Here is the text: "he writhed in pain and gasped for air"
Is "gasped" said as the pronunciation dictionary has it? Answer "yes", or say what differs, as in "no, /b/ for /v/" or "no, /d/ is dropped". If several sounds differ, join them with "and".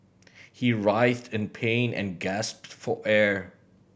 yes